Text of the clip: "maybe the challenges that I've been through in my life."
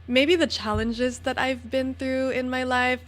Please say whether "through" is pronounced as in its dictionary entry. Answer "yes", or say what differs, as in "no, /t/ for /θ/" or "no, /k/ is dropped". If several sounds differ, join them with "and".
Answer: yes